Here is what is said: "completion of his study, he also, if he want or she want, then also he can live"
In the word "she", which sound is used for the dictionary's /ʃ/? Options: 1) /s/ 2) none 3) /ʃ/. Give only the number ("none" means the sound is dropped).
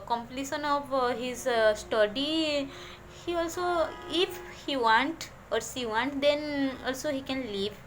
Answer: 1